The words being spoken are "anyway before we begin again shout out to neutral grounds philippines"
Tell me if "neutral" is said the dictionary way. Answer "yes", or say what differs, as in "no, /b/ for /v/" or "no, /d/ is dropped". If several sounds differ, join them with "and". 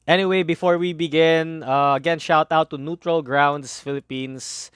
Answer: yes